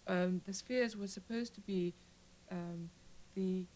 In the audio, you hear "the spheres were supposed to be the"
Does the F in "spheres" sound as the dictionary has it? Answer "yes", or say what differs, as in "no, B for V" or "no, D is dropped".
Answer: yes